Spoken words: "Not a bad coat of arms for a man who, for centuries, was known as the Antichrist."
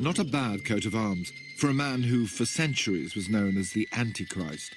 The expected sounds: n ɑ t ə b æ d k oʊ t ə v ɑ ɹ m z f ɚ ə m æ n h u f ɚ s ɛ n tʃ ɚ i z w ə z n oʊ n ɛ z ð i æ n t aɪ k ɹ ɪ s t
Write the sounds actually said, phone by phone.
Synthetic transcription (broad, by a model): n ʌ t ə b æ d k oʊ t ə v ɑ ɹ m z f ɚ ə m æ n h u f ɚ s ɛ n tʃ ɚ i z w ə z n oʊ n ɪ z ð i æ n t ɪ k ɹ ɪ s t